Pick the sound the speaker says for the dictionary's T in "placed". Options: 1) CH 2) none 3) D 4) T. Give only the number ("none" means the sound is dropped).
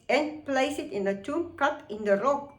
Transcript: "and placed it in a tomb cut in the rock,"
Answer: 2